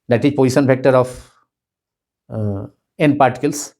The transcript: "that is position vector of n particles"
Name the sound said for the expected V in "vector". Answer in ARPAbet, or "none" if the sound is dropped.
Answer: F